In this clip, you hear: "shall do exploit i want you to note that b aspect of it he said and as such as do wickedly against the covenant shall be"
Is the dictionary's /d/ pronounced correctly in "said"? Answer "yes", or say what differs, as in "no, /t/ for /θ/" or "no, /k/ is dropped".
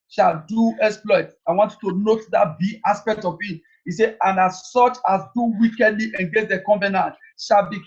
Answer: no, /d/ is dropped